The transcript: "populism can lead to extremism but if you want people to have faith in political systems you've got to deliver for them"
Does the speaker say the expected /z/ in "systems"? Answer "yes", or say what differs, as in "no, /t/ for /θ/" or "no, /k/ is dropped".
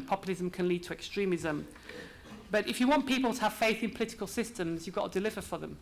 yes